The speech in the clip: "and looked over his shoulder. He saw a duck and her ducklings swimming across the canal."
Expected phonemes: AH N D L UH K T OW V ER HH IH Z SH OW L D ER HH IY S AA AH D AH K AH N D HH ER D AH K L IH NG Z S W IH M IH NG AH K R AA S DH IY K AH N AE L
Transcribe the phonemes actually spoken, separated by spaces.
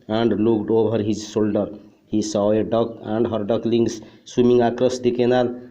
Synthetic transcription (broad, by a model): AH N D L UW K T OW B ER HH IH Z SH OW L D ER HH IY S AA AH D AH K AH N D HH ER D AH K L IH NG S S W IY M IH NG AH K R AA S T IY K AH N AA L